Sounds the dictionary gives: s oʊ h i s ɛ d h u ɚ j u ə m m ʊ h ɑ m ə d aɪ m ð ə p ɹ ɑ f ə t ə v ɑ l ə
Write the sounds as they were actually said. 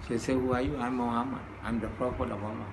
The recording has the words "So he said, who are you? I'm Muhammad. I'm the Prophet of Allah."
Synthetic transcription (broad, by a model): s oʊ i s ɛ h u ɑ j u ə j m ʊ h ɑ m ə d aɪ m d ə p ɑ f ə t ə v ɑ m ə